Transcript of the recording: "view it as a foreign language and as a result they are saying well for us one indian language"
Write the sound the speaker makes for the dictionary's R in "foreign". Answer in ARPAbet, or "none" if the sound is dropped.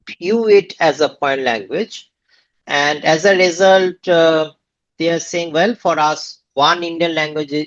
none